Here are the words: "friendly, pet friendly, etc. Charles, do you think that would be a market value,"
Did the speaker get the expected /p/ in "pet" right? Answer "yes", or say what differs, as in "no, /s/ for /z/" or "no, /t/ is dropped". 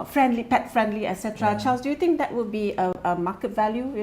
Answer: yes